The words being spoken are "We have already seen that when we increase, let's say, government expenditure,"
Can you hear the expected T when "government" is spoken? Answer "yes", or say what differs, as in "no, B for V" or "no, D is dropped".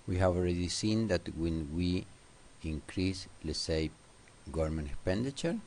no, T is dropped